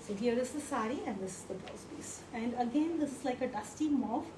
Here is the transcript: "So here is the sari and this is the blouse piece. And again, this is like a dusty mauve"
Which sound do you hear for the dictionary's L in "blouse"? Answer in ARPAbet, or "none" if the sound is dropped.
none